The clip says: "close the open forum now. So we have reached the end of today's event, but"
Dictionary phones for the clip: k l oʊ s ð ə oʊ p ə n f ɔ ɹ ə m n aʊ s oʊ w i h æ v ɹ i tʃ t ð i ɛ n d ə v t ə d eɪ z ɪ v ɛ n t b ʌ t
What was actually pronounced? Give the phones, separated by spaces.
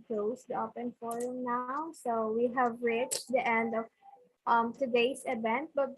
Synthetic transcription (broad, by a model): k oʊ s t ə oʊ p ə n f ɔ ɹ ə m n aʊ s oʊ w i h æ v ɹ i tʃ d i ɛ n d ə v t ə d eɪ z ɪ v ɛ n t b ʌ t